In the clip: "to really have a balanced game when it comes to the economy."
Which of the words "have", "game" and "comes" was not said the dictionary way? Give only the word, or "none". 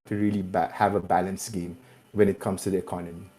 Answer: comes